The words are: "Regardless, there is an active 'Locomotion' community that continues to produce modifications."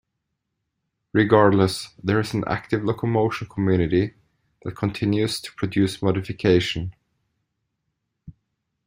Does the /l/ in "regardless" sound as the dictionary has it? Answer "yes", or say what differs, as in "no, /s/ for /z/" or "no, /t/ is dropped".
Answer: yes